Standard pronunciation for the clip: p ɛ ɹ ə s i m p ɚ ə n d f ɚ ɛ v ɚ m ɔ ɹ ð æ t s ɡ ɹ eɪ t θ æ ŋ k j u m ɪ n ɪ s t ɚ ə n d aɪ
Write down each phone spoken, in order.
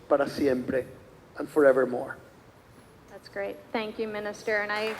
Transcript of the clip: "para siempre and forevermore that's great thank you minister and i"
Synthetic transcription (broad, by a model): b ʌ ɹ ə s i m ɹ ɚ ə n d f ɚ ɛ v ɚ m ɔ ɹ ð æ t s ɡ ɹ eɪ t θ æ ŋ k j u m ɪ n ɪ s t ɚ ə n aɪ